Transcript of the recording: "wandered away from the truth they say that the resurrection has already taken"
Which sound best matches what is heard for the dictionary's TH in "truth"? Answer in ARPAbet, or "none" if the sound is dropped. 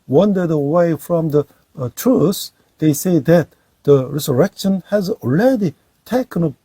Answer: S